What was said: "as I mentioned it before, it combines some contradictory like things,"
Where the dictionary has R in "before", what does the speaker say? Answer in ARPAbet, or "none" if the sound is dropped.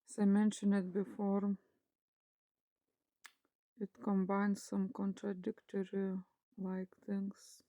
R